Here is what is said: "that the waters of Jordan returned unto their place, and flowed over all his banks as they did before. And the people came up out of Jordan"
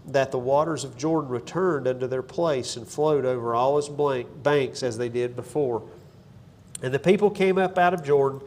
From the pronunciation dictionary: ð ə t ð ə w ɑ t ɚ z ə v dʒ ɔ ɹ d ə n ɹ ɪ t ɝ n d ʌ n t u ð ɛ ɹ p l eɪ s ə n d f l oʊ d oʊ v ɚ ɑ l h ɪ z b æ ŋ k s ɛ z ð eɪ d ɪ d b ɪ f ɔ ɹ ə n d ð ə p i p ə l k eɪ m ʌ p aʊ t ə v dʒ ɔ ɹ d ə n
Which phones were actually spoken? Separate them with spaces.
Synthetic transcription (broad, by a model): ð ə t ð ə w ɑ t ɚ z ə v dʒ ɔ ɹ d n ɹ ɪ t ɝ n d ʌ n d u ð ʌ ɹ p l eɪ s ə n f l oʊ d oʊ v ɚ ɑ l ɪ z b æ ŋ k s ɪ z ð eɪ d ɪ d b ɪ f ɔ ɹ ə n ð ə p i p l k eɪ m ʌ p aʊ t ə v dʒ ɔ ɹ d n